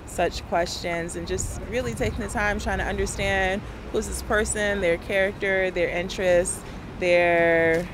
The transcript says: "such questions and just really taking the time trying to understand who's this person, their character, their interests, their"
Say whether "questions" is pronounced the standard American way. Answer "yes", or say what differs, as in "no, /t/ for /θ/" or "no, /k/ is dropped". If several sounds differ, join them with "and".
yes